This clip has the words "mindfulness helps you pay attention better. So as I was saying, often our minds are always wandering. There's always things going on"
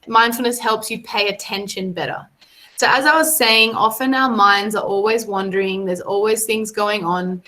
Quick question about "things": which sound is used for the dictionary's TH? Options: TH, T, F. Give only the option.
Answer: TH